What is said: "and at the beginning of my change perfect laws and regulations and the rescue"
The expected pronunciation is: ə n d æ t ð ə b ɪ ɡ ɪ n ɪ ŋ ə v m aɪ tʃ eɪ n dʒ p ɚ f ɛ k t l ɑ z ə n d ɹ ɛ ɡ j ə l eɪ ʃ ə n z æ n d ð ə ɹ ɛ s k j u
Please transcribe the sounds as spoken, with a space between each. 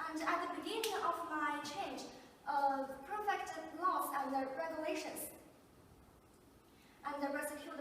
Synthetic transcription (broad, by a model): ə n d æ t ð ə b ɪ ɡ ɪ n ɪ ŋ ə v m aɪ tʃ eɪ n dʒ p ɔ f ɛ k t l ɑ s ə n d ɹ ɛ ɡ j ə l eɪ ʃ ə n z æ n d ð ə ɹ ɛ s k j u